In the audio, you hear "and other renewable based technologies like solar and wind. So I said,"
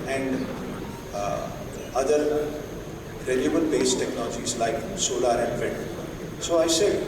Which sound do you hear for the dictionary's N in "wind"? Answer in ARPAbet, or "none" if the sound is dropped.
none